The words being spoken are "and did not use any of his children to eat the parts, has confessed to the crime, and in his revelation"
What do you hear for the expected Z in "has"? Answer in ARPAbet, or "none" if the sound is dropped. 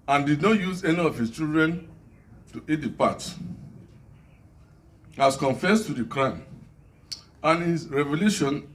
S